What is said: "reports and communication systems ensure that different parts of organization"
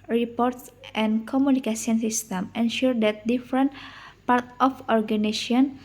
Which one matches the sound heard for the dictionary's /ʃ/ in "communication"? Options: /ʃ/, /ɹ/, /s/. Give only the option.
/s/